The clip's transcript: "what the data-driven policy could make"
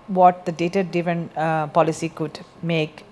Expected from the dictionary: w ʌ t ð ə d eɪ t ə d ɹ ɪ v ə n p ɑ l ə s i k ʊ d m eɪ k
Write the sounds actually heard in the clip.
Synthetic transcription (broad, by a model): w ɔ t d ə d eɪ t ə d ɪ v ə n p ɑ l ə s i k ʊ d m eɪ k